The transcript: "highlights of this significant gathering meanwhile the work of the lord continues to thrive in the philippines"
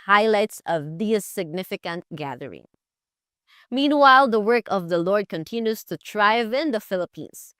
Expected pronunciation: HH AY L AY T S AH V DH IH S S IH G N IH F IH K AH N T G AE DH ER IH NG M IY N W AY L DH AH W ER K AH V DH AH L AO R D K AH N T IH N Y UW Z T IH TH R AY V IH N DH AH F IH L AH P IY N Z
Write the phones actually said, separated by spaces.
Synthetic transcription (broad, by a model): HH AY L AY T S AH V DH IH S S IH G N IH F IH K AH N T G AE DH ER IH NG M IY N W AY L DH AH W ER K AH V DH AH L AO R D K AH N T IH N Y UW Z T IH T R AY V IH N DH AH F IH L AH P IY N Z